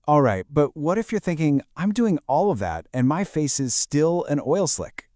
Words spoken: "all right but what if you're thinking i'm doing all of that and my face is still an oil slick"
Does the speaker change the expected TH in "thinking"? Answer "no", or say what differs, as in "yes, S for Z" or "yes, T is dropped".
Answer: no